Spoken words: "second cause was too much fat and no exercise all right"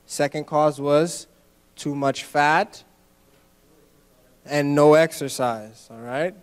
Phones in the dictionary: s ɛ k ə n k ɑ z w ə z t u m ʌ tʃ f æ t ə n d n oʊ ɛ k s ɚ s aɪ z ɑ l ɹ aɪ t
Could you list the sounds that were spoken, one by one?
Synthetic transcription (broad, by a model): s ɛ k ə n k ɑ z w ə z t u m ʌ tʃ f æ t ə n n oʊ ɛ k s ɚ s aɪ z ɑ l ɹ aɪ t